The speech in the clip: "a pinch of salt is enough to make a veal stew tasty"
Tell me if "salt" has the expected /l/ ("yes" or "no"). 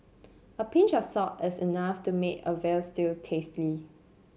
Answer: no